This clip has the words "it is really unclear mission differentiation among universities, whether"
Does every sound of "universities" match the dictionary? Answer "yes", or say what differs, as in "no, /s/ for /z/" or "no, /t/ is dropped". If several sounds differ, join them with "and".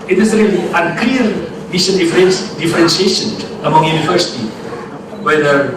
no, /z/ is dropped